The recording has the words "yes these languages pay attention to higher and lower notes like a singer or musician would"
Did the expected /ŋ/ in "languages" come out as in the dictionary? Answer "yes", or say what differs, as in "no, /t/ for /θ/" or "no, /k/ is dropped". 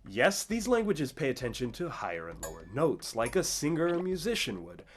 yes